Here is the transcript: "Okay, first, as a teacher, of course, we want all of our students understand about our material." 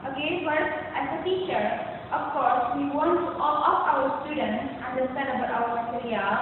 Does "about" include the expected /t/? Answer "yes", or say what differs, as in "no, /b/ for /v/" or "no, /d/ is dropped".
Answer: no, /t/ is dropped